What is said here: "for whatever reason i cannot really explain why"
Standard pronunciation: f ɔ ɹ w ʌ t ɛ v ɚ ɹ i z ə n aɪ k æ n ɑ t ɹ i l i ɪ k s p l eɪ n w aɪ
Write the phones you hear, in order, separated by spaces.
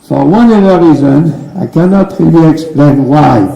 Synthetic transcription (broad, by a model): f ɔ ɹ w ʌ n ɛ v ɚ ɹ i z ə n aɪ k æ n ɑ t ɹ i l i ɪ k s p l eɪ n w aɪ